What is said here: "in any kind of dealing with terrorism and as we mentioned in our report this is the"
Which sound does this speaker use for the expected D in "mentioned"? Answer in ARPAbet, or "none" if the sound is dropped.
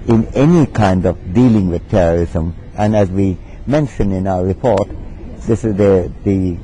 none